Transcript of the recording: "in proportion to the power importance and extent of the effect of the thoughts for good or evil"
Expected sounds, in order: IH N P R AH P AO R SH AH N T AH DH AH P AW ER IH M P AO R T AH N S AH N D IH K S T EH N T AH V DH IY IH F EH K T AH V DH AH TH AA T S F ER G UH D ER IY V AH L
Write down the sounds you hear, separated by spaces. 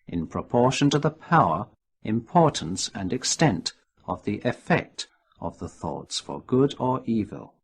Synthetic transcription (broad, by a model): IH N P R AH P AO R SH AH N T AH DH AH P AW ER IH M P AO R T N S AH N IH K S T EH N T AH V DH IY IH F EH K T AH V DH AH TH AA T S F ER G UH D ER IY V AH L